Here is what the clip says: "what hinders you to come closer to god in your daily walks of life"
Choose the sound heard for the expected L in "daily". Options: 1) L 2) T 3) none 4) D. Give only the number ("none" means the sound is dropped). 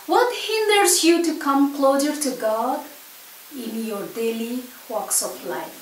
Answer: 1